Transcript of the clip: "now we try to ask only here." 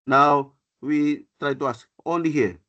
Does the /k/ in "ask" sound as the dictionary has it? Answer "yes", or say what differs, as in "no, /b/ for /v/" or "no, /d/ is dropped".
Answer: no, /k/ is dropped